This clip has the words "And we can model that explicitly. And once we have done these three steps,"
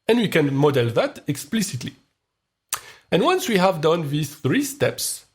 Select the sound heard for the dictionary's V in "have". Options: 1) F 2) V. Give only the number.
2